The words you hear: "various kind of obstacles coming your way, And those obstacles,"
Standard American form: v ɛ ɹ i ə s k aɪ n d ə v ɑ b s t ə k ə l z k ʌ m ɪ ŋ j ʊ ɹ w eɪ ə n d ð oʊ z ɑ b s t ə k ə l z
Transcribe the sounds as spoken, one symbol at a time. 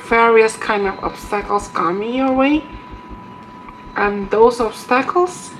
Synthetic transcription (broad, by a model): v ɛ ɹ i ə s k aɪ n d ə v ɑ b s t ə k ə l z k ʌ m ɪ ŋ j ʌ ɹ w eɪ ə n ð oʊ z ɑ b s t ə k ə l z